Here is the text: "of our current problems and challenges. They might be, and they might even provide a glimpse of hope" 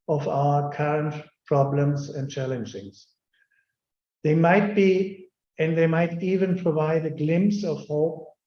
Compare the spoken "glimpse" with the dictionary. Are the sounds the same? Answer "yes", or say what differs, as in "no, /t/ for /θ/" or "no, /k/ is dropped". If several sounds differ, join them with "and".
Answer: yes